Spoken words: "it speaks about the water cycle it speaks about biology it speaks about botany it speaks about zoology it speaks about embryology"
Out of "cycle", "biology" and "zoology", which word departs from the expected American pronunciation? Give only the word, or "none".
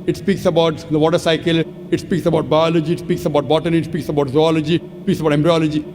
none